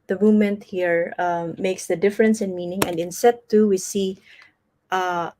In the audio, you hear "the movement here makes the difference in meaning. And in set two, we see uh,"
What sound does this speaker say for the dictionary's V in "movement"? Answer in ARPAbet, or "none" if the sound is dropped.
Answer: none